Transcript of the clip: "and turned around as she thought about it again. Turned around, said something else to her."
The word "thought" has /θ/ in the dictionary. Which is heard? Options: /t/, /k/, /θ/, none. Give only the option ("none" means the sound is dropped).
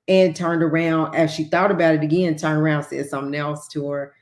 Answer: /θ/